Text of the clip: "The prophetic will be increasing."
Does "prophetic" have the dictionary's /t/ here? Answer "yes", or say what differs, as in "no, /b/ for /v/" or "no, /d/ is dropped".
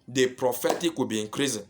yes